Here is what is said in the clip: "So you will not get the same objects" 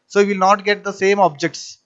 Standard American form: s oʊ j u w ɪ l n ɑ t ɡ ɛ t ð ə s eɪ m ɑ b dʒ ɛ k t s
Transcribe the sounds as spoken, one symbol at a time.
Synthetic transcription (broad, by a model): s oʊ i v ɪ l n ɑ t ɡ ɛ t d ə s eɪ m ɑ b dʒ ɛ k t s